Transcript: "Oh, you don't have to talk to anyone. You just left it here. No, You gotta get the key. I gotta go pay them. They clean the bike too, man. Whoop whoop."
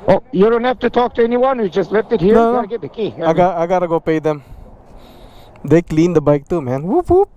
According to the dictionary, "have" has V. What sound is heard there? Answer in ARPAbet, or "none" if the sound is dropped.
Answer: F